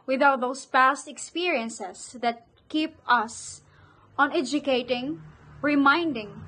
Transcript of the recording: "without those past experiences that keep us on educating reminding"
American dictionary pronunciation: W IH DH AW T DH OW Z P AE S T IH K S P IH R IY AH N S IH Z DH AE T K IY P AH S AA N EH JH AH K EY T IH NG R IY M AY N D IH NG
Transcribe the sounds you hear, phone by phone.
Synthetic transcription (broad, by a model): W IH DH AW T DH OW S P AE S T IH K S P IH R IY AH N S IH S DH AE T K IY P AH S AA N EH JH AH K EY T IH NG R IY M AY N D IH NG